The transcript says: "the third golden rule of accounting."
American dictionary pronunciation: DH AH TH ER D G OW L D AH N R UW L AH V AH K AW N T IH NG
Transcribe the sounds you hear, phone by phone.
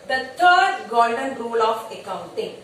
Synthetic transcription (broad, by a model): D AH T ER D G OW D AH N R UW L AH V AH K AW N T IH NG